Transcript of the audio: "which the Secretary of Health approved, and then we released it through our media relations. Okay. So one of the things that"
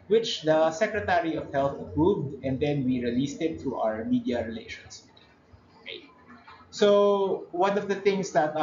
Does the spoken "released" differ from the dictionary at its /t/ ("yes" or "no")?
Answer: no